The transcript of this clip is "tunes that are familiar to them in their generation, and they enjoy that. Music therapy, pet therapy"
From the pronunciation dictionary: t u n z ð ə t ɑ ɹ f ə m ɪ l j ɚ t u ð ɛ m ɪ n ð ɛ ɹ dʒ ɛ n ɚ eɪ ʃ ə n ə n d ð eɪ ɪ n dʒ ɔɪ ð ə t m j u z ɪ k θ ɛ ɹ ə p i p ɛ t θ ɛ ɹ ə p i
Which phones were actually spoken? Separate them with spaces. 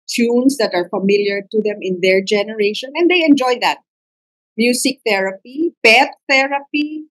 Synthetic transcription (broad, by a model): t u n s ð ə t ɑ ɹ f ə m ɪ l j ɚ t u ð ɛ m ɪ n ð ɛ ɹ dʒ ɛ n ɚ eɪ ʃ ə n ə n d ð eɪ ɪ n dʒ ɔɪ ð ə t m j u s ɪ k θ ɛ ɹ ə p i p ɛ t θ ɛ ɹ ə p i